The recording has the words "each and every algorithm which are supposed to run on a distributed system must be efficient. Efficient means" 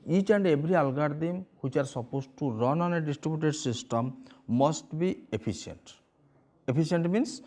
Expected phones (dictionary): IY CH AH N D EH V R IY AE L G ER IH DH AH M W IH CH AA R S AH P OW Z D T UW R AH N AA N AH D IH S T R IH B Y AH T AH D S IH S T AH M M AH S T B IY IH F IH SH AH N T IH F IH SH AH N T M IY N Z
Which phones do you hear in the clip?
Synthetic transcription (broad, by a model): IY CH AH N D EH B R IY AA L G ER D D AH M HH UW CH AA R S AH P OW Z T UW R AH N AA N AH D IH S T R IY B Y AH T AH D S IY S T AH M M AH S T B IY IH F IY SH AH N T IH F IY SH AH N T M IY N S